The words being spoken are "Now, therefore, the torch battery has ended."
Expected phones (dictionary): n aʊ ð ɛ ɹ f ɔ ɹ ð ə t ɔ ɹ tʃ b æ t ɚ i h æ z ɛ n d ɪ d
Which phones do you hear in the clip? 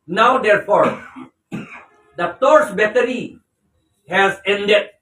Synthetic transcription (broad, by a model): n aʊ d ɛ ɹ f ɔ ɹ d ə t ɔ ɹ s b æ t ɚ i h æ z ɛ n d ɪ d